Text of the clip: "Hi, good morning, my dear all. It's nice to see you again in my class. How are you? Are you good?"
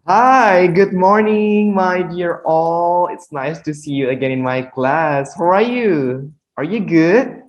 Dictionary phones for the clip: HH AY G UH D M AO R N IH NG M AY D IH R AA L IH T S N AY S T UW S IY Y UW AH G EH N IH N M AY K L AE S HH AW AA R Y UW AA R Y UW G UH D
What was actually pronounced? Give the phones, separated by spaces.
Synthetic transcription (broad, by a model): HH AY G UH D M AO R N IH NG M AY D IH R AA L IH T S N AY S T UW S IY Y UW AH G EH N IH N M AY K L AE S HH AW AA R Y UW AA R Y UW G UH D